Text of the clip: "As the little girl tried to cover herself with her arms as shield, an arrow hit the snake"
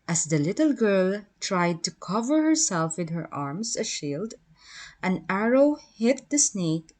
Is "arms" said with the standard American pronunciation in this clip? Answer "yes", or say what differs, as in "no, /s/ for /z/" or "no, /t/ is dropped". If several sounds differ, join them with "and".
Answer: no, /s/ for /z/